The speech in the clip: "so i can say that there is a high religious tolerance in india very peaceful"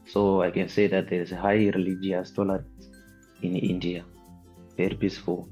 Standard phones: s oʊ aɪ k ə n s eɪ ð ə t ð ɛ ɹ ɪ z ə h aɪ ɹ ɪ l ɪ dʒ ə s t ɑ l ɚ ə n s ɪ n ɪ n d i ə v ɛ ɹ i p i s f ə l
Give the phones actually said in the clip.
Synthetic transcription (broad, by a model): s oʊ aɪ k ə n s eɪ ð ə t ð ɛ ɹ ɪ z ə h aɪ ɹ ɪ l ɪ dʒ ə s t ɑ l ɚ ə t ɪ n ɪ n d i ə p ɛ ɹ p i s f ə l